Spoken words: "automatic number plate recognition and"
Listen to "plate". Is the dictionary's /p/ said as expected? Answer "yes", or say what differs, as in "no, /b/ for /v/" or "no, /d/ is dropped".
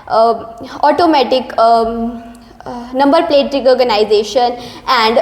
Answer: yes